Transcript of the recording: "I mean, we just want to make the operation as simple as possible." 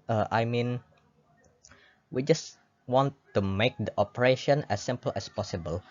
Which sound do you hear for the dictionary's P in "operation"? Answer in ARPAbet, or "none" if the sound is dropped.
P